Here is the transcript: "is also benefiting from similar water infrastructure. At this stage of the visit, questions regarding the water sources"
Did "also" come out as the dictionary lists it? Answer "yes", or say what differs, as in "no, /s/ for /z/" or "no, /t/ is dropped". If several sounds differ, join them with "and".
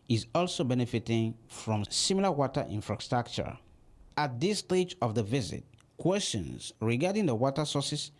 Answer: yes